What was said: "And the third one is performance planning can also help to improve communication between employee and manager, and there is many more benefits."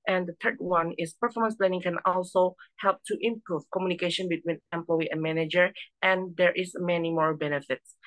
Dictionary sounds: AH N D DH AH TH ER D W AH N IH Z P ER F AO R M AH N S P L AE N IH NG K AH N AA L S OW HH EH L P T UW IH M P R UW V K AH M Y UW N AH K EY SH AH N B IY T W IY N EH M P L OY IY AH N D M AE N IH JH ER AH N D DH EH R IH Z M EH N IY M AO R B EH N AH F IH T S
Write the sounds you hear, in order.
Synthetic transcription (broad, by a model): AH N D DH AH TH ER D W AH N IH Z P ER F AO R M AH N S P L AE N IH NG K AH N AA L S OW HH EH L P T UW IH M P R UW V K AH M Y UW N AH K EY SH AH N B IY T W IY N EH M P L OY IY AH N M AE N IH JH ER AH N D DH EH R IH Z M EH N IY M AO R B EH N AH F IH T S